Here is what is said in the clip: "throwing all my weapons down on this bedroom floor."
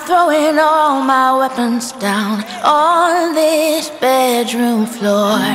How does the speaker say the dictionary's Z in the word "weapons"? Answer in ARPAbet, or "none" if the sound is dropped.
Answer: Z